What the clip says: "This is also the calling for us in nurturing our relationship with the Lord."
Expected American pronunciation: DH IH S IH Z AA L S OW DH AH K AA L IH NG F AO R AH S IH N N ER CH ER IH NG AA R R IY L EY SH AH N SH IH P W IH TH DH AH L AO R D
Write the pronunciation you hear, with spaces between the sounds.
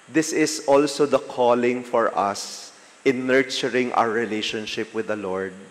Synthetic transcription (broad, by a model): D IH S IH S AA L S OW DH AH K AA L IH NG F AO R AH S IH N N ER CH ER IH NG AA W R IY L EY SH AH N SH IH P W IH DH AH L AO R D